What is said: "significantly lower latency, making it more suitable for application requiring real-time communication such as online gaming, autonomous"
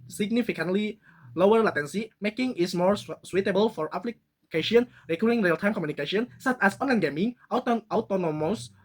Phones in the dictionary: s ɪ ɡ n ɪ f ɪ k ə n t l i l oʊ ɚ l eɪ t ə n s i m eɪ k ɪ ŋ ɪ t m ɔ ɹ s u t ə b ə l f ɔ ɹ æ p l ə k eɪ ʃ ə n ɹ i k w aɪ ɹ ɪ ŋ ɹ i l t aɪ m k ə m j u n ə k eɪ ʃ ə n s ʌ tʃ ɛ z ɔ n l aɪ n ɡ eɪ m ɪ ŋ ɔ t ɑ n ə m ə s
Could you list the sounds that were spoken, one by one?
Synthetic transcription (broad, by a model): s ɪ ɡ n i f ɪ k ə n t l i l oʊ ɚ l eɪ t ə n s i m eɪ k ɪ ŋ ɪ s m ɔ ɹ s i t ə b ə l f ɔ ɹ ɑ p l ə k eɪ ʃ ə n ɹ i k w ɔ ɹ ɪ ŋ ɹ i l t aɪ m k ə m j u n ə k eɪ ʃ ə n s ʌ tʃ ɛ s ɔ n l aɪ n ɡ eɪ m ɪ ŋ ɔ t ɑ n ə m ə s